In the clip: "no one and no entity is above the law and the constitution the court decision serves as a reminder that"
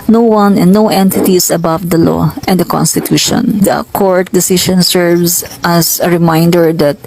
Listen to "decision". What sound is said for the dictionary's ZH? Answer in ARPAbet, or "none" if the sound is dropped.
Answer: SH